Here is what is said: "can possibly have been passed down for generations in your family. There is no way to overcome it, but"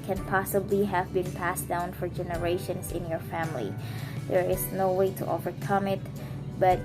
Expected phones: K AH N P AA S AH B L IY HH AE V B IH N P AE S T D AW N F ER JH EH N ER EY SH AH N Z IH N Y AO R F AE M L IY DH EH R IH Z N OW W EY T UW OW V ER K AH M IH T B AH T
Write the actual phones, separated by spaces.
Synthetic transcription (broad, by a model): K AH N P AA S AH B L IY HH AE V B IH N P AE S D AW N F ER JH EH N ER EY SH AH N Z IH N Y AO R F AE M L IY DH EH R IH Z N OW W EY T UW OW V ER K AH M IH T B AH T